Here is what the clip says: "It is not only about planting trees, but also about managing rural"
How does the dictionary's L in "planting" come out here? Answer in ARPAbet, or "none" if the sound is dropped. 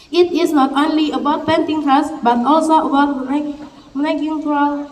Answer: none